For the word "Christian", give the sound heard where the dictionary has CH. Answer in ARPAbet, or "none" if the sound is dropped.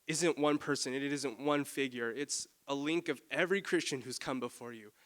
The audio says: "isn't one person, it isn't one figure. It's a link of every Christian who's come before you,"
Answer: CH